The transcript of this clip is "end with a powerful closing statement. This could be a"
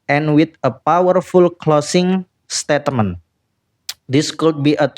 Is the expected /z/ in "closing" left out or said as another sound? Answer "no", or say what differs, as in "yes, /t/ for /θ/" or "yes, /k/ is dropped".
yes, /s/ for /z/